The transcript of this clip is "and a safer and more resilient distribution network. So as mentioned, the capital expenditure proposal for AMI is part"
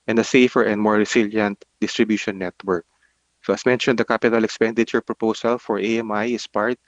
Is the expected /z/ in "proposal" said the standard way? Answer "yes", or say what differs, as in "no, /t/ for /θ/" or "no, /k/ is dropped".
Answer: no, /s/ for /z/